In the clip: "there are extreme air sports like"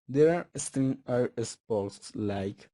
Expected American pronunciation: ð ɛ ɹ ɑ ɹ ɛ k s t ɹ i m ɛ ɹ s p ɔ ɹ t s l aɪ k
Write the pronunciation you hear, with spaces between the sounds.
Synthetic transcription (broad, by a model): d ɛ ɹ ɑ ɹ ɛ s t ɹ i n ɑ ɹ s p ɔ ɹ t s l aɪ k